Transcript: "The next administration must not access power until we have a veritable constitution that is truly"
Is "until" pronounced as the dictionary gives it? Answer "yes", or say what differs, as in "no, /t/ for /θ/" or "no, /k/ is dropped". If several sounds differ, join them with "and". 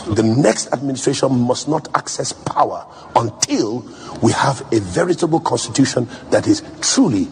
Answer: yes